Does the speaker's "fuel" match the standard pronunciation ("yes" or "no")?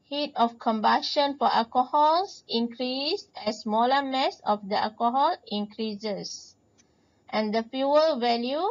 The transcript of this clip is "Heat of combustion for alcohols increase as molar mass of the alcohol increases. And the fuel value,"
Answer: yes